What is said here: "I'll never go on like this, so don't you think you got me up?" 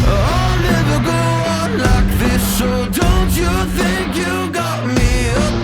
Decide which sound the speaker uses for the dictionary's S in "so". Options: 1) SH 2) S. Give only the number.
1